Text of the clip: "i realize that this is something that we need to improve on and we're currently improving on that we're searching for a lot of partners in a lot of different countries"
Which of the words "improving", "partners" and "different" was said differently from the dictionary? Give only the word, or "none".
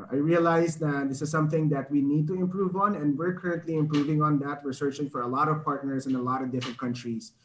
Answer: partners